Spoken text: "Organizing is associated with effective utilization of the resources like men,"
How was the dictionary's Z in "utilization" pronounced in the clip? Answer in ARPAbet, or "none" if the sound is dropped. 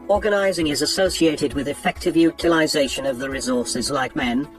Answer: Z